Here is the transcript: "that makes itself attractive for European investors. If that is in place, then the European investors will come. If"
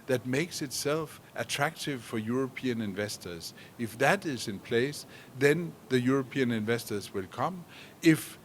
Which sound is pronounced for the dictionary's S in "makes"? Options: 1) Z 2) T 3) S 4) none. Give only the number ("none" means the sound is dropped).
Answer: 3